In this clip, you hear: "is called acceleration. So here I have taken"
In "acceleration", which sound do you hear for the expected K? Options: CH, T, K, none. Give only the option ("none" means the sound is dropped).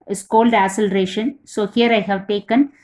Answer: none